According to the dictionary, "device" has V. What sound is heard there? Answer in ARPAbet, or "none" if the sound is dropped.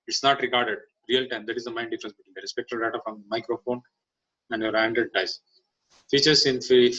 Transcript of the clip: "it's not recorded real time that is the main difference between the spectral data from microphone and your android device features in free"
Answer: none